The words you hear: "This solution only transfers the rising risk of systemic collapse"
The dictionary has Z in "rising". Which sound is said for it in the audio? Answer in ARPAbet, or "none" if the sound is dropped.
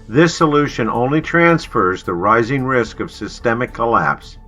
Z